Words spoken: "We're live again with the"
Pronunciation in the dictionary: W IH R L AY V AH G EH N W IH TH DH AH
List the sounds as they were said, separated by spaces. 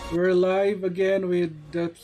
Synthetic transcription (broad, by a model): W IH R L AY V AH G EH N W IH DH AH